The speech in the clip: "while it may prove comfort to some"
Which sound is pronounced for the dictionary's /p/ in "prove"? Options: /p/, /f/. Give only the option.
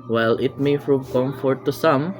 /f/